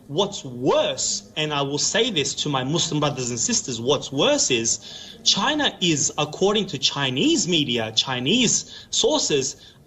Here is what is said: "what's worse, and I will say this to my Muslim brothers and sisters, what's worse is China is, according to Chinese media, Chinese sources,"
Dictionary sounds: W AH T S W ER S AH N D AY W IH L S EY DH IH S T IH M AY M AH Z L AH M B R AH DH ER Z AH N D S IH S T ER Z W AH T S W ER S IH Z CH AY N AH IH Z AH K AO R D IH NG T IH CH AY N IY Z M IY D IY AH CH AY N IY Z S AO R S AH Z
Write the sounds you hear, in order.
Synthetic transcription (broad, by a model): W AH T S W ER S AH N AY W IH L S EY DH IH S T IH M AY M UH S L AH M B R AH DH ER Z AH N S IH S T ER Z W AH T S W ER S IH Z CH AY N AH IH Z AH K AO R D IH NG T IH CH AY N IY Z M IY D IY AH CH AY N IY Z S AO R S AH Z